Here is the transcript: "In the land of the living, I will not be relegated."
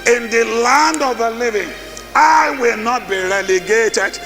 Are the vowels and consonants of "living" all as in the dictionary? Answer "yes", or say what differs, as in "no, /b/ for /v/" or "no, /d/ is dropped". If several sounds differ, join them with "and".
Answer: yes